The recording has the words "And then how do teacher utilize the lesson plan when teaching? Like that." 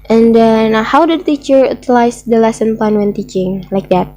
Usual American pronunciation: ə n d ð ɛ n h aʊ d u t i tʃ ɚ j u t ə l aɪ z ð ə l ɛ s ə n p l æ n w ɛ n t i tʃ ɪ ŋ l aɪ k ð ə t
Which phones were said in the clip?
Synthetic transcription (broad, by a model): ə n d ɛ n h aʊ d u t i tʃ ɚ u t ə l aɪ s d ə l ɛ s ə n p ɑ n w ɛ n t i tʃ ɪ ŋ l aɪ k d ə t